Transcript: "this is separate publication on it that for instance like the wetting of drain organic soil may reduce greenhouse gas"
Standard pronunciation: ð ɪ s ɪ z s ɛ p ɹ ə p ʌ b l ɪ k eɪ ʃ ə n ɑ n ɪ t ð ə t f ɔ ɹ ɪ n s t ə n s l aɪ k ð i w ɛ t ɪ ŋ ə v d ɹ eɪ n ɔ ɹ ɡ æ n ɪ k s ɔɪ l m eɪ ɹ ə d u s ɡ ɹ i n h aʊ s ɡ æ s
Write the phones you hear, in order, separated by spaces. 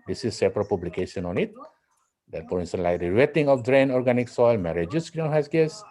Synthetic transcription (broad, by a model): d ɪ s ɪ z s ɛ p ɹ ə p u b l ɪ k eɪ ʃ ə n ɑ n ɪ t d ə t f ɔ ɹ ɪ n s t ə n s l aɪ k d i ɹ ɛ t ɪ ŋ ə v d ɹ eɪ n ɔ ɹ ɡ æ n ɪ k s ɔɪ l m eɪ ɹ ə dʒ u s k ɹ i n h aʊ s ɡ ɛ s